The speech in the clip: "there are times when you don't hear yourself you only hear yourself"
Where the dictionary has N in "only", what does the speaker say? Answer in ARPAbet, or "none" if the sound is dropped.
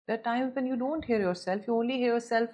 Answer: N